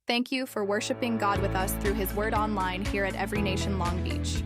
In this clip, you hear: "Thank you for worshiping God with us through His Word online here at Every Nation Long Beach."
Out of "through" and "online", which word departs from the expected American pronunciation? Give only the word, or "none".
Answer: none